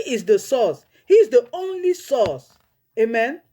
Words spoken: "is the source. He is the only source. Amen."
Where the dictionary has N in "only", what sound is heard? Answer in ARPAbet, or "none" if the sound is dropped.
N